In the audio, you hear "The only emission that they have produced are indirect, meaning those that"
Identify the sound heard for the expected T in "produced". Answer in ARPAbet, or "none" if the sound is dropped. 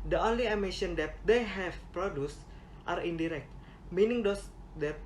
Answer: T